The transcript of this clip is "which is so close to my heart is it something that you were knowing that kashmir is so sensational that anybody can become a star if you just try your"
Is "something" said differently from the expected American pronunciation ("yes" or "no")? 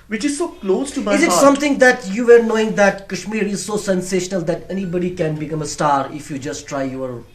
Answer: yes